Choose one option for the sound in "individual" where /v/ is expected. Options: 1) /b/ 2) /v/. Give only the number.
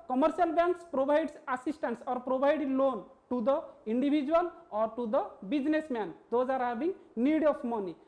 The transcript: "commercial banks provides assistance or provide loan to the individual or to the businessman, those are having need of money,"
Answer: 1